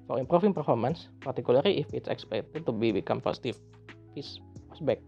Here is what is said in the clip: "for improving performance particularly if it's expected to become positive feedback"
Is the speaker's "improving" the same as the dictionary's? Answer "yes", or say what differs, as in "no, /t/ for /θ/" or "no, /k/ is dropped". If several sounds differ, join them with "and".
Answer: no, /f/ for /v/